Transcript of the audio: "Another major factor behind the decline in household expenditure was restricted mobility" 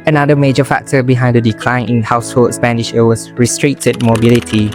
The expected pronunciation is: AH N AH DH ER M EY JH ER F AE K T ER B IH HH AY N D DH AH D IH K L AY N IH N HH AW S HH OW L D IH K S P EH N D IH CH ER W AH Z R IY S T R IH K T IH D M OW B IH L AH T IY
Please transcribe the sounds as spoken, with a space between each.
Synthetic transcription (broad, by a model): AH N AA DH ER M EY JH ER F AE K T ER B IH HH AY N D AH D IH K L AY N IH N HH AW S HH OW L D S P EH N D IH SH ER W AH S R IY S T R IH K T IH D M OW B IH L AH T IY